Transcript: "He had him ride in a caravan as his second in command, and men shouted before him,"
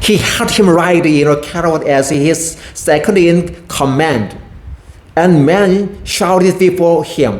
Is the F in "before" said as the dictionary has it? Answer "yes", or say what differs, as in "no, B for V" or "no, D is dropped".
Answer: yes